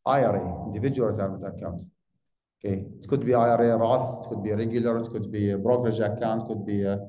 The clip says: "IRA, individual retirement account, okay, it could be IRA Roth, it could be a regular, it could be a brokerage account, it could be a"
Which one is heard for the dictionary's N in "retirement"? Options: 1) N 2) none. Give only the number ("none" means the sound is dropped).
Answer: 2